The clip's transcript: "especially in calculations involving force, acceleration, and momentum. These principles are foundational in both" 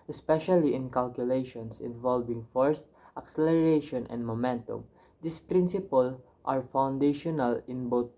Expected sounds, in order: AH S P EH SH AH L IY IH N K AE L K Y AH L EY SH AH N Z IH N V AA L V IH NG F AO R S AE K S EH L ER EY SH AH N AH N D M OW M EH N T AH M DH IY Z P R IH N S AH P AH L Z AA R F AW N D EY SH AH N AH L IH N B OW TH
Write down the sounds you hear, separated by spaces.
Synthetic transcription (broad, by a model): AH S P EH SH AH L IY IH N K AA L K Y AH L EY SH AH N S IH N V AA L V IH NG F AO R S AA K S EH L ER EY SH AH N AH N D M OW M EH N T AH M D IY S P R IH N S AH P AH L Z AA R F AW N D EY SH AH N AH L IH N B OW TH